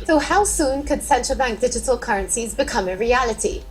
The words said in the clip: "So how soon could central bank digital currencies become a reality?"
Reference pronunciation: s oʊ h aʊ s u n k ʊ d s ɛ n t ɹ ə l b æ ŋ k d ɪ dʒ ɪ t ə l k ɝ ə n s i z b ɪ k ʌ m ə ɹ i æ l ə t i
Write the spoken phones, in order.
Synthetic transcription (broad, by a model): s oʊ h aʊ s u n k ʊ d s ɛ n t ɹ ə l b æ ŋ k d ɪ dʒ ɪ t ə l k ɝ ə n s i z b ɪ k ʌ m ə ɹ i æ l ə t i